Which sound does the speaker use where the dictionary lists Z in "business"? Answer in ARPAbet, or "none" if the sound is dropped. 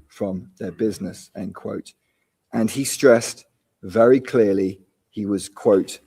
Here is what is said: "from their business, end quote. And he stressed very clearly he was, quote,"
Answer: Z